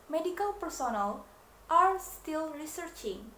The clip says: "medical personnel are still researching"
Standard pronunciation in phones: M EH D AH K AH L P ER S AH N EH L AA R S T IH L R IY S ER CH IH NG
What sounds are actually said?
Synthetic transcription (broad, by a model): M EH D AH K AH L P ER S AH N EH L AA R S T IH L R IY S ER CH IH NG